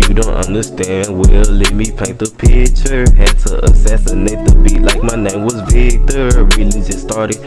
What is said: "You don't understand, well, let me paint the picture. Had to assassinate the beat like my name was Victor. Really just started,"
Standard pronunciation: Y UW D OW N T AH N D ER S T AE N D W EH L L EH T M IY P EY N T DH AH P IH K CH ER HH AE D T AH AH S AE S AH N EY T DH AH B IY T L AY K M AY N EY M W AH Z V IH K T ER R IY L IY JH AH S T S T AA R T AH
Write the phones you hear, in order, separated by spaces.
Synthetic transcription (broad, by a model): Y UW D OW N T AH N D ER S T AE N D W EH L L EH T M IY P EY N T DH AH P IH CH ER HH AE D T AH AH S AE S AH N EY T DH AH B IY T L AY K M AY N EY M W AH Z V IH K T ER R IY L IY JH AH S S T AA R T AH